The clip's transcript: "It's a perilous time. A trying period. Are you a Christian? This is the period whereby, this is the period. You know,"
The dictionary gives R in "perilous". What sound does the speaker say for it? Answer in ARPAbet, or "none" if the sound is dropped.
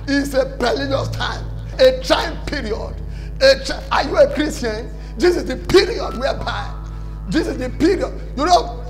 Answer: L